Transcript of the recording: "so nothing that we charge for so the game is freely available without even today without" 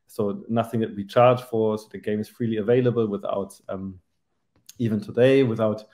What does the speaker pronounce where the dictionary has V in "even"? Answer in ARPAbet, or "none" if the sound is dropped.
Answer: V